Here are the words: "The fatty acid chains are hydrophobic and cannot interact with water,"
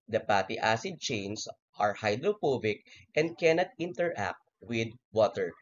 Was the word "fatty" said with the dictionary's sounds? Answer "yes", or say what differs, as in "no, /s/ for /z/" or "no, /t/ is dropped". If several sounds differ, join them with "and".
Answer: no, /p/ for /f/